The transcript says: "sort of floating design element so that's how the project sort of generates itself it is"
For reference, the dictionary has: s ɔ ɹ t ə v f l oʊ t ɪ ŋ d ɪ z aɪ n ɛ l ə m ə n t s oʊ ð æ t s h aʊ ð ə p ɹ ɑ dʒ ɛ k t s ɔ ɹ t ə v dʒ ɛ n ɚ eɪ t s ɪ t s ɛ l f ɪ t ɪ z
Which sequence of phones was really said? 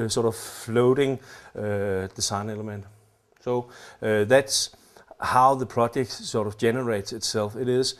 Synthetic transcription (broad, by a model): s ɔ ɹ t ə v f l oʊ t ɪ ŋ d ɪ s aɪ n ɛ l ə m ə n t s oʊ ð æ t s h aʊ ð ə p ɹ ɑ dʒ ɛ k t s ɔ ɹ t ə v dʒ ɛ n ɚ eɪ t s ɪ t s ɛ l f ɪ t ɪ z